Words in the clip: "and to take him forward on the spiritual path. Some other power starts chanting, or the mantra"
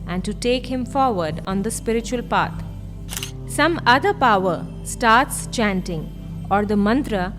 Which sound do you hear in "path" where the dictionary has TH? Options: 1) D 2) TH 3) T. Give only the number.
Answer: 3